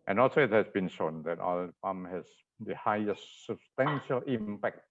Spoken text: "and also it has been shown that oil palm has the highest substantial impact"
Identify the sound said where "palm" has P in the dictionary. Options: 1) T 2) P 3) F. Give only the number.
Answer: 3